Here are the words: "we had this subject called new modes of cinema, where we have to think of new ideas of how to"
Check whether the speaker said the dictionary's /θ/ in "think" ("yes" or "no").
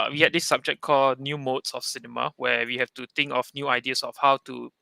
no